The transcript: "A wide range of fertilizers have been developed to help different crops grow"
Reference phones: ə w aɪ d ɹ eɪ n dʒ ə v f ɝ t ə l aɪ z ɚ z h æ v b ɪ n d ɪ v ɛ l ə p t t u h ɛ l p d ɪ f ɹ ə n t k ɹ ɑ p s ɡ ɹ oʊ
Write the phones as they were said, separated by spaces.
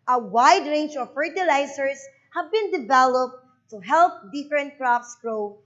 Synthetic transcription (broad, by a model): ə w aɪ d ɹ eɪ n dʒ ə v f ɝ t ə l aɪ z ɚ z h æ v b ɪ n d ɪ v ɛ l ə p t t u h ɛ l p d ɪ f ɹ ə n t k ɹ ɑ f s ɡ ɹ oʊ